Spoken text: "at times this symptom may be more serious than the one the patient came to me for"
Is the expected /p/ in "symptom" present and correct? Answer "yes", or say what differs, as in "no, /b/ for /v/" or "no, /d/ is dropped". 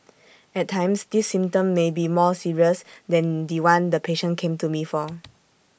no, /p/ is dropped